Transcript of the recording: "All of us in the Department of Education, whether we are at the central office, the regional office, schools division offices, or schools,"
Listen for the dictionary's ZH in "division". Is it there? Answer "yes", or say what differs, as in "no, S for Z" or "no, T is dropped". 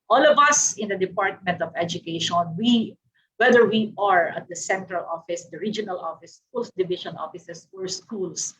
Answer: no, SH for ZH